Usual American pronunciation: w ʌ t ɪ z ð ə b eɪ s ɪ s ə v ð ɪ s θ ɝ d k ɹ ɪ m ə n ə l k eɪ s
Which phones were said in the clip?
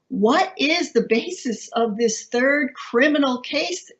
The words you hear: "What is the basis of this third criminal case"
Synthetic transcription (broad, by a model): w ʌ t ɪ z ð ə b eɪ s ɪ s ə v ð ɪ s θ ɝ d k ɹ ɪ m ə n l k eɪ s